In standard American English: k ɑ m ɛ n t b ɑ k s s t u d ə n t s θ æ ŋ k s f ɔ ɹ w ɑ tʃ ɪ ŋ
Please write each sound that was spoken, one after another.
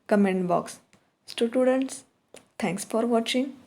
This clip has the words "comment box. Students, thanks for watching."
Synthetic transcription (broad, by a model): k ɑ m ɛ n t b ɑ k s s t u d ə n t s t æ ŋ k s f ɔ ɹ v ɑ tʃ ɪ ŋ